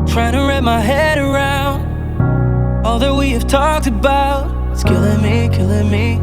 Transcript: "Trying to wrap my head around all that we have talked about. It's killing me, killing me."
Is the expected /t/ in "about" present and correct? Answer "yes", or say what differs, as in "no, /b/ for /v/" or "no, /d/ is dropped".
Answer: no, /t/ is dropped